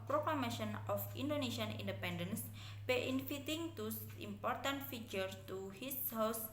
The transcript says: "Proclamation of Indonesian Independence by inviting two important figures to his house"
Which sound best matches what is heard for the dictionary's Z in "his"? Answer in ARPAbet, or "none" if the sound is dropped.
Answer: S